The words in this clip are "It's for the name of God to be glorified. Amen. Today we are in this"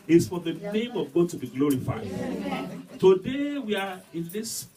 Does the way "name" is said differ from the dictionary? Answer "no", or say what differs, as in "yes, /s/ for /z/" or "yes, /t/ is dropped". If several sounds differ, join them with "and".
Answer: no